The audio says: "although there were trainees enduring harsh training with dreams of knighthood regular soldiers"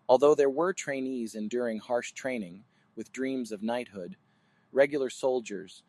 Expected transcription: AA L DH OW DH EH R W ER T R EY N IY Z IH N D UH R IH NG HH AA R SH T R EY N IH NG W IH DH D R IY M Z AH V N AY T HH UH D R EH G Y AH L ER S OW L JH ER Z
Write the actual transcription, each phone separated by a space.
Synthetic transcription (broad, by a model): AA L DH OW DH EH R W ER T R EY N IY Z IH N D UH R IH NG HH AA R SH T R EY N IH NG W IH DH D R IY M Z AH V N AY T HH UH D R EH G Y L ER S OW L JH ER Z